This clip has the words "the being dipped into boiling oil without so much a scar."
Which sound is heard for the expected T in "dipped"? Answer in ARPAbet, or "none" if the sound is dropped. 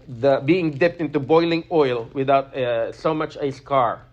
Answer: T